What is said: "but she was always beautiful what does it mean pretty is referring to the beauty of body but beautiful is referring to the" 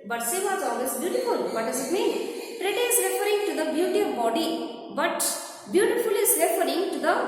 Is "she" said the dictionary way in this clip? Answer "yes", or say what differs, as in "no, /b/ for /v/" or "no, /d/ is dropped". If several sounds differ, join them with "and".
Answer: no, /s/ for /ʃ/